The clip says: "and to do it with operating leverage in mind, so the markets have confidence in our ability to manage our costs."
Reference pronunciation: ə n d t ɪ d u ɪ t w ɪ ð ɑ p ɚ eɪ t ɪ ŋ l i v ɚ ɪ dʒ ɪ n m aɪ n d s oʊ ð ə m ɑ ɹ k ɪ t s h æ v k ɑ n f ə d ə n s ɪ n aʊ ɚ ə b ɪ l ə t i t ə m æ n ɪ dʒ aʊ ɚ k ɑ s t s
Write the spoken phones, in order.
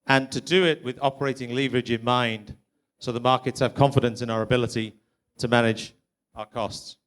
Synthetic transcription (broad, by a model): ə n t ɪ d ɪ ɪ t w ɪ ð ɑ p ɚ eɪ t ɪ ŋ l i v ɚ ɪ dʒ ɪ n m aɪ n d s oʊ ð ə m ɑ ɹ k ɪ t s h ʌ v k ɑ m f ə d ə n s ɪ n aʊ ɚ ə b ɪ l ə t i t ə m æ n ɪ dʒ aʊ ɚ k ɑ s t s